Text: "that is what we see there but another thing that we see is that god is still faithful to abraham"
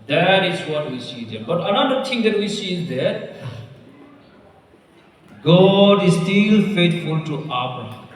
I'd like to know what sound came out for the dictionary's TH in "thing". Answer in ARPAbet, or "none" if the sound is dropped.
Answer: T